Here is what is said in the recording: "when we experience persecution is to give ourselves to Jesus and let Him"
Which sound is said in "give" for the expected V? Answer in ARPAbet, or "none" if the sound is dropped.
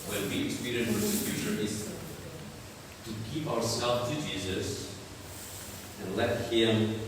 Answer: P